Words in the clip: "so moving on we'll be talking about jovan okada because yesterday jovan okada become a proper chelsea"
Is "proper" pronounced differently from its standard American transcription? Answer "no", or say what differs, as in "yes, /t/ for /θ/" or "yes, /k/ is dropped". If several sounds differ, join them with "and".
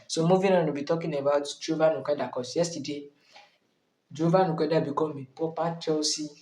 yes, /ɹ/ is dropped